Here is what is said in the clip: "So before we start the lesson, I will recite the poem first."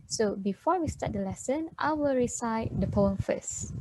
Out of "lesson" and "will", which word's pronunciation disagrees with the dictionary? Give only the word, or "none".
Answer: none